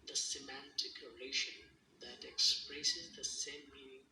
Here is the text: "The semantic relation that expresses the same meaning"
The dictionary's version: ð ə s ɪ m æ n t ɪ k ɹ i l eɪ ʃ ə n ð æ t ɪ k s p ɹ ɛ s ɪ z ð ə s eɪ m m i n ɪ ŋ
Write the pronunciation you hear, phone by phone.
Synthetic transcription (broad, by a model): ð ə s ɪ m æ n t ɪ k ɹ i l eɪ ʃ ə n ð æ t ɪ k s p ɹ ɛ s ɪ z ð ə s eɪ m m i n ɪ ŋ